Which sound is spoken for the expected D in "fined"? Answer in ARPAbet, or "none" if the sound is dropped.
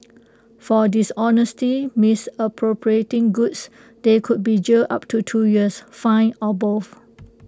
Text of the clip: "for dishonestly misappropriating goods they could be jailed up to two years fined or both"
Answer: none